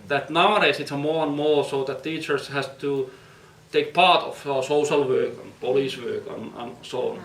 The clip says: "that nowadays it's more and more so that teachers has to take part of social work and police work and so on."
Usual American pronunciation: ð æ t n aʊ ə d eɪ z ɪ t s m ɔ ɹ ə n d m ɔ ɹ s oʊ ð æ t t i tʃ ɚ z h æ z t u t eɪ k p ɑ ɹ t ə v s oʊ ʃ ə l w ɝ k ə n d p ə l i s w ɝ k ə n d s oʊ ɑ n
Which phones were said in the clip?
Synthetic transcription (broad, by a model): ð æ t n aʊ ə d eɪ s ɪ t s m ɔ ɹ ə n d m ɔ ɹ s oʊ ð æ t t i tʃ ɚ s h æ s t u t eɪ k p ɑ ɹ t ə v s oʊ ʃ ə l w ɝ k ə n p ə l i s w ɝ k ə n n s oʊ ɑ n